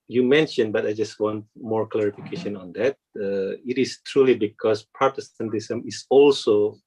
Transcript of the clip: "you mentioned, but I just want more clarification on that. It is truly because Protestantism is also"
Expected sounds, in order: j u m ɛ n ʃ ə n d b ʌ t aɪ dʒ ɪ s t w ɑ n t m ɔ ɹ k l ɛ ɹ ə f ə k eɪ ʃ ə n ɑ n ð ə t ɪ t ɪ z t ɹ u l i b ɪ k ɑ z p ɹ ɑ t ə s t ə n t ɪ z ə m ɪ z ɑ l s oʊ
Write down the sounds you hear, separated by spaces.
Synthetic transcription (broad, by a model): j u m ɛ n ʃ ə n b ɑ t aɪ dʒ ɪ s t w ɑ n t m ɔ ɹ k l ɛ ɹ ə f ə k eɪ ʃ ə n ɑ n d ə t ɪ t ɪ s t ɹ u l i b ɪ k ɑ s p ɹ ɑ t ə s t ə n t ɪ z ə m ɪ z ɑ l s oʊ